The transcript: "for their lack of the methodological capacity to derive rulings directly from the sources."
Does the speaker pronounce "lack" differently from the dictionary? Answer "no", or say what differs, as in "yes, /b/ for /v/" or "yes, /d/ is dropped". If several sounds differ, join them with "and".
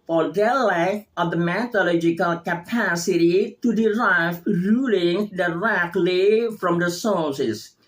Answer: yes, /k/ is dropped